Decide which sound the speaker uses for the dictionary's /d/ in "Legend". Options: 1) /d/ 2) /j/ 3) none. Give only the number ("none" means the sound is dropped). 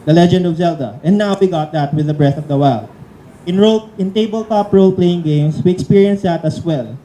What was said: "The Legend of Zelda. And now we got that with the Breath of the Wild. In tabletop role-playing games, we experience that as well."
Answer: 1